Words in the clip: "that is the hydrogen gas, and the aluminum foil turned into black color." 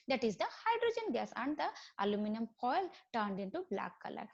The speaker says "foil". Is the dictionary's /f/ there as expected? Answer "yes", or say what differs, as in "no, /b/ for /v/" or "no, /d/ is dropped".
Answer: no, /p/ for /f/